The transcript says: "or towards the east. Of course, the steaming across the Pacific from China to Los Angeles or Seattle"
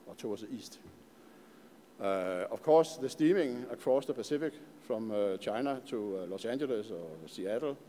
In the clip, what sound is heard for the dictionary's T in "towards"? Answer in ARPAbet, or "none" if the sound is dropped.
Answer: S